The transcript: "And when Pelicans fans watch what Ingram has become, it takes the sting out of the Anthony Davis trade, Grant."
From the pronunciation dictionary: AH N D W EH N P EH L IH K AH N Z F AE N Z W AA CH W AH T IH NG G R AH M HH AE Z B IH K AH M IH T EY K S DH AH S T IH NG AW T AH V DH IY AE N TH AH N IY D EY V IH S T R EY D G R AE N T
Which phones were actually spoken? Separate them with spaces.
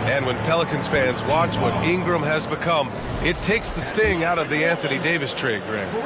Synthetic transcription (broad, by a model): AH N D W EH N P EH L IH K AH N Z F AE N Z W AA CH W AH T IH NG G R AH M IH Z B IH K AH M IH T EY K S DH AH S T IH NG AW T AH V DH IY AE N TH AH N IY D EY V IH S T R EY D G R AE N